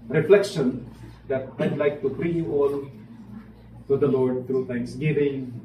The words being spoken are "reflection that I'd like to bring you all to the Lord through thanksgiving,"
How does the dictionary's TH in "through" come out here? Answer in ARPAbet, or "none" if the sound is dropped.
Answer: T